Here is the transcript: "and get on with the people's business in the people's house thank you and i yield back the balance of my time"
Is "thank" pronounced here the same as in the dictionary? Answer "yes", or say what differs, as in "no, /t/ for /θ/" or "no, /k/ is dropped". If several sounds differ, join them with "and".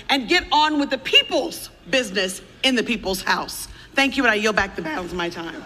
yes